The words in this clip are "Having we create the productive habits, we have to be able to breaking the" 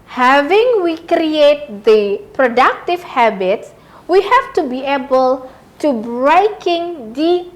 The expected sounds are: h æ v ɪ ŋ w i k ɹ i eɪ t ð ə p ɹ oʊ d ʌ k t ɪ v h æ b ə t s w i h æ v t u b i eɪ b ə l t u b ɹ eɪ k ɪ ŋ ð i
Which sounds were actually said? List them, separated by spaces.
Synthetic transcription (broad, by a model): h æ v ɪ ŋ w i k ɹ i eɪ t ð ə p ɹ oʊ d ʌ k t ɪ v h æ b ə t s w i h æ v t u b i eɪ b ə l t u b ɹ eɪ k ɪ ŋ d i